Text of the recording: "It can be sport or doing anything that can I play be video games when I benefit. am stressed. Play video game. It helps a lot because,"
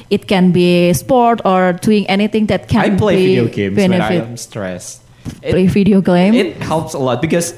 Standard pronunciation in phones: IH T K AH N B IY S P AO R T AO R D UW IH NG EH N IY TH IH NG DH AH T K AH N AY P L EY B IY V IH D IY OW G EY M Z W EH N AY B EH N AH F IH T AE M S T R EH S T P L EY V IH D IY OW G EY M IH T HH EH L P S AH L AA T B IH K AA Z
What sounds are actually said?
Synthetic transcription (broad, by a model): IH T K AH N B IY S P AO R T AO R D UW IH NG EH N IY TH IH NG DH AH T K AH N P L EY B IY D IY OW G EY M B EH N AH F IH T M S T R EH S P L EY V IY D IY OW G EY M IH T HH EH L P S AH L AA T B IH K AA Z